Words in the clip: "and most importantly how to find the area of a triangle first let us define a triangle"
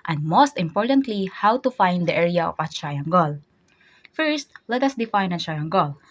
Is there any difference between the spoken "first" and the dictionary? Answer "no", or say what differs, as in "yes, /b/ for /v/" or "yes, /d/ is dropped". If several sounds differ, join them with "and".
no